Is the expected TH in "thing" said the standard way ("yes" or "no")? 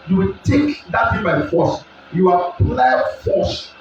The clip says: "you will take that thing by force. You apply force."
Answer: no